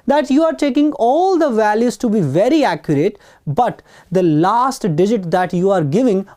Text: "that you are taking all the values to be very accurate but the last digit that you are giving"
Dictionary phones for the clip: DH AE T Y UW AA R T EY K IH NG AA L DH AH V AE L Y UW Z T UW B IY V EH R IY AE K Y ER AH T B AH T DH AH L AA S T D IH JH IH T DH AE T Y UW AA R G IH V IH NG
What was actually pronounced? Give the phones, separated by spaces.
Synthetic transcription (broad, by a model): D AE T Y UW AA R T EY K IH NG AA L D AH V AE L Y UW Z T UW B IY V EH R IY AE K Y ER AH T B AH T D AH L AA S T D IH JH IH T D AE T Y UW AA R G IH V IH NG